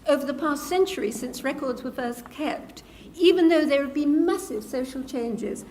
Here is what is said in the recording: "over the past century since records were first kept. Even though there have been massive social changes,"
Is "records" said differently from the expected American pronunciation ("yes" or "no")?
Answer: no